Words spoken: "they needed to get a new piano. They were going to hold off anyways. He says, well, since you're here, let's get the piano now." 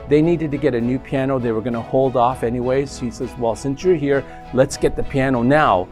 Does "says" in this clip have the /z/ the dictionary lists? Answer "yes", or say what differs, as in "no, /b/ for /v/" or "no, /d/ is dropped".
yes